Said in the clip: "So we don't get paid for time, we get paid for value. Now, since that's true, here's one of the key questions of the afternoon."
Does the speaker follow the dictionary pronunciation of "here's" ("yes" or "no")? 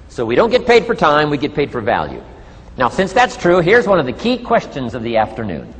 yes